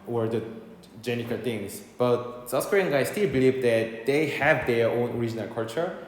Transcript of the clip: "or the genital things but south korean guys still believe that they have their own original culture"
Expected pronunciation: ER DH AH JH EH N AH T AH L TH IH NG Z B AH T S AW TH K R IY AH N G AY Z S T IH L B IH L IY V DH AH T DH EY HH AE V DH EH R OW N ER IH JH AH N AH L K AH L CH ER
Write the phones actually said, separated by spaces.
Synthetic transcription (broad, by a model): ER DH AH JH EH N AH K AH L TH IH NG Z B AH T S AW S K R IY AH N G AY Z S T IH L B IH L IY V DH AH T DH EY HH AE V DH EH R OW N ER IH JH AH N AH L K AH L CH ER